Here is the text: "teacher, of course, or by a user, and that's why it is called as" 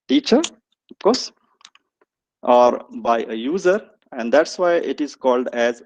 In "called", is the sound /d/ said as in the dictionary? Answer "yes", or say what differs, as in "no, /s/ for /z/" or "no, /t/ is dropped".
yes